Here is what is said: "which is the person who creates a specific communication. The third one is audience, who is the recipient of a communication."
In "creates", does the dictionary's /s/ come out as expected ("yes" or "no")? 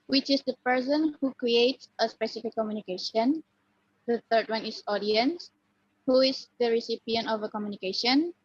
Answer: yes